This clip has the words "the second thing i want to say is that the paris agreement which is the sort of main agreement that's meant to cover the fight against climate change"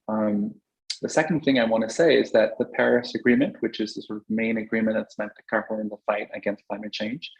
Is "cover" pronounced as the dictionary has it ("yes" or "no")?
no